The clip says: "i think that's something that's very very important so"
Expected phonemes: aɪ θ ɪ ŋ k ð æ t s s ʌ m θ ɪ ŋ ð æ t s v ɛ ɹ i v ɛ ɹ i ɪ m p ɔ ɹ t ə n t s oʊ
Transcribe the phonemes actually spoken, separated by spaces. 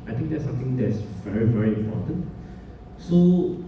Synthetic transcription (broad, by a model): aɪ t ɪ ŋ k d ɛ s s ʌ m t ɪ ŋ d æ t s v ɛ ɹ i v ɛ ɹ i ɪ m p ɔ t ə n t s oʊ